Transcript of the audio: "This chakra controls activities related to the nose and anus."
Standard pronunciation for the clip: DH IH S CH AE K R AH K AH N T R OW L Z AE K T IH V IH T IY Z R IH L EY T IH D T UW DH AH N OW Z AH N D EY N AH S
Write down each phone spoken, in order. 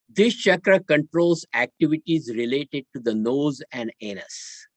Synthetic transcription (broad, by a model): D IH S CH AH K R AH K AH N T R OW L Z AE K T IH V IH T IY Z R IH L EY T IH D T UW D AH N OW Z AH N D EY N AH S